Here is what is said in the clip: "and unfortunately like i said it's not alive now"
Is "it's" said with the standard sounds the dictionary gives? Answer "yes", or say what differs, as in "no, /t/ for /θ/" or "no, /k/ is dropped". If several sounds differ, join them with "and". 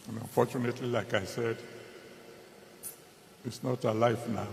yes